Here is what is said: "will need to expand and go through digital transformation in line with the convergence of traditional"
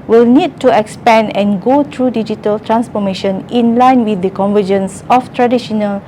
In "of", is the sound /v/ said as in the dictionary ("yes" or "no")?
no